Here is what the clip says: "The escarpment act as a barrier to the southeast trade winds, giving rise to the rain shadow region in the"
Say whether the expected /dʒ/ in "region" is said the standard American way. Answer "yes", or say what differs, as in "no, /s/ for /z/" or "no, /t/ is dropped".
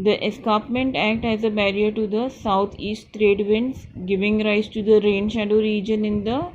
yes